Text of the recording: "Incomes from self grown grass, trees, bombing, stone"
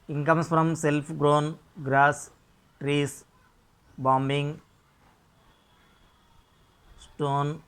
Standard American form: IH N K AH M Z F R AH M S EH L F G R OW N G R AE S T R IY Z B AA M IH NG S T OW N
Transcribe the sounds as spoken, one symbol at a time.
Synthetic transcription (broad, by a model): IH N K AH M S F R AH M S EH L P G R OW N G R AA S T R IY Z B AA M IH NG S T OW N